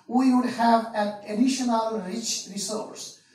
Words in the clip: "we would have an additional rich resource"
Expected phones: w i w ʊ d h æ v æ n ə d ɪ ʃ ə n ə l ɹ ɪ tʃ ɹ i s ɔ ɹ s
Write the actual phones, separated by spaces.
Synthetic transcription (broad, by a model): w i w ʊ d h æ v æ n ə d ɪ ʃ ə n ə l ɹ ɪ tʃ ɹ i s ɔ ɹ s